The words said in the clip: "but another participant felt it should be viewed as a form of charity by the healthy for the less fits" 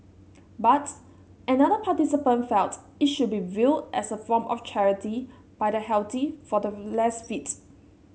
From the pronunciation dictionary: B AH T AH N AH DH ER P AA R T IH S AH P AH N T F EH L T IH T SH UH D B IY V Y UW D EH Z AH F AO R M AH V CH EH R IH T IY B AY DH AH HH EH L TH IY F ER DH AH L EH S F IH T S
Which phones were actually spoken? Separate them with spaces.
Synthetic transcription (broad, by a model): B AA T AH N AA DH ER P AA T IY S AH P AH N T F EH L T IH T SH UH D B IY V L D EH S AH F AO M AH F CH EH R IH T IY B AY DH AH HH EH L T IY F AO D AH L EH S F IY T